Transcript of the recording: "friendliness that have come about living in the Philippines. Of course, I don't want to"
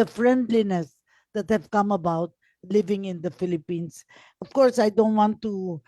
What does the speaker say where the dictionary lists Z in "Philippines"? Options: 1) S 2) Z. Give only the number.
1